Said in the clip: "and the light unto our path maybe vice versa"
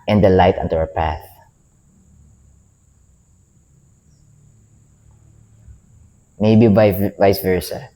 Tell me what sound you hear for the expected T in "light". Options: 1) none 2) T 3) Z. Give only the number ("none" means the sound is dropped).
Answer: 2